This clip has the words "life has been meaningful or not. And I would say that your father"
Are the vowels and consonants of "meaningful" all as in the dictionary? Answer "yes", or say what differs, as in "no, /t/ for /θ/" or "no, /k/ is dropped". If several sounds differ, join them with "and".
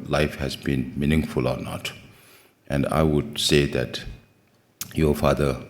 yes